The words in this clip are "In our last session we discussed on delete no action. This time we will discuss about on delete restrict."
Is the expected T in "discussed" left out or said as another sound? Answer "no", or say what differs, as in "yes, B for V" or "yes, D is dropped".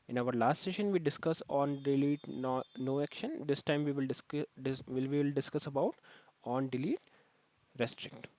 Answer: yes, T is dropped